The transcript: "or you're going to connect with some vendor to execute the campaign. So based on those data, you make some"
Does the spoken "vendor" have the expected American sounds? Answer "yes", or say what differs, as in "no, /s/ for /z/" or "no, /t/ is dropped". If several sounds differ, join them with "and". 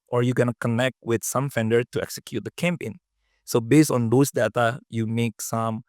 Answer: no, /f/ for /v/